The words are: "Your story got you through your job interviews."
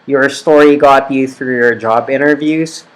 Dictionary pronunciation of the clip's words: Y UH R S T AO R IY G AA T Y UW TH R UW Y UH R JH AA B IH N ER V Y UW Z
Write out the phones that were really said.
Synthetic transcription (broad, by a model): Y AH R S T AO R IY G AA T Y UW TH R UW Y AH R JH AA B IH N ER V Y UW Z